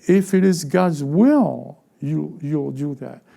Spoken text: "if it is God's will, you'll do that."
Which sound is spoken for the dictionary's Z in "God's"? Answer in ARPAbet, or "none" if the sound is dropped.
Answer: Z